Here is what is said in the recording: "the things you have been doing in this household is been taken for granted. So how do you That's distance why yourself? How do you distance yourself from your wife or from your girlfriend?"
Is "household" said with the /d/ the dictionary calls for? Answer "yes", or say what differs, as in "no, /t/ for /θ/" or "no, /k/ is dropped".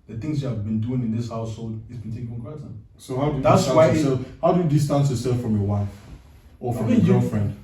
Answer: yes